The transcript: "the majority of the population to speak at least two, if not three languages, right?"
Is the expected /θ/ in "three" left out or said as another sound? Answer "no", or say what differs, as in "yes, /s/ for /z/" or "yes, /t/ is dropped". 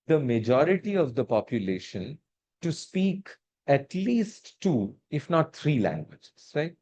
yes, /t/ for /θ/